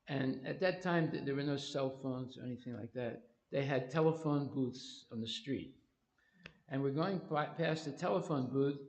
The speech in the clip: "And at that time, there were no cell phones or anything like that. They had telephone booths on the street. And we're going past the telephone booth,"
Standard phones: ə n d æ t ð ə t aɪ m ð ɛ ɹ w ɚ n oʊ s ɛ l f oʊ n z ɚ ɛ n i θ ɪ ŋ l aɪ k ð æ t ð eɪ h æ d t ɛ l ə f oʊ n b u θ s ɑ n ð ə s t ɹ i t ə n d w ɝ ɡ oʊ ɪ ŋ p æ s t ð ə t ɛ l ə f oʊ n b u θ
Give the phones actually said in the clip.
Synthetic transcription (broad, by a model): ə n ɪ t ð ə t aɪ m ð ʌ ɹ w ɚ n oʊ s ɛ l f oʊ n z ɚ ɛ n i θ ɪ ŋ l aɪ k ð æ t ð eɪ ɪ d t ɛ l ə f oʊ n b u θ s n ð ə s t ɹ i t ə n w ɝ ɡ oʊ ɪ ŋ p æ s ð ə t ɛ l ə f oʊ n b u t